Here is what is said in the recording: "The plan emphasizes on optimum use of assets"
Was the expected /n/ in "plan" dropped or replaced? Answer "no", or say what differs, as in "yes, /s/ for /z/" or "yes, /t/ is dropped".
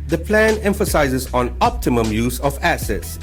no